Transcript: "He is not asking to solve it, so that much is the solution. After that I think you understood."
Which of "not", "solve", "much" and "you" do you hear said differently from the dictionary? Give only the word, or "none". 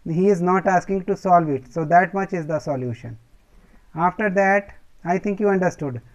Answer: none